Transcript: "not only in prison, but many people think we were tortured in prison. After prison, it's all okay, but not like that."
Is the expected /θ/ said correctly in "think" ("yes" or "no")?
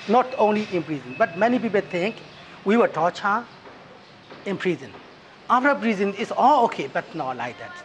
no